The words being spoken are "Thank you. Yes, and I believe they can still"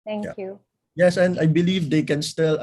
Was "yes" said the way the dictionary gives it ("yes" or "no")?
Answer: yes